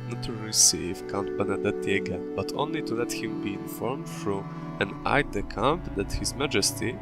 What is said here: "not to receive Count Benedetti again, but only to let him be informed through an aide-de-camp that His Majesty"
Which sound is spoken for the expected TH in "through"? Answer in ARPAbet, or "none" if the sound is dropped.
F